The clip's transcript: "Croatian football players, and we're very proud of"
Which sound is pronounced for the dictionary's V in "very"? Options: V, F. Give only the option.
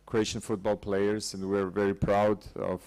V